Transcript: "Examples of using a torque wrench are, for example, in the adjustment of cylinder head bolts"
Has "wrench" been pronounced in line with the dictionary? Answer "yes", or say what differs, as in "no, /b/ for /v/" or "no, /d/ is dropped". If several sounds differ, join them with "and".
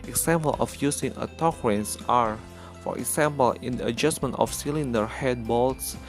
no, /s/ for /tʃ/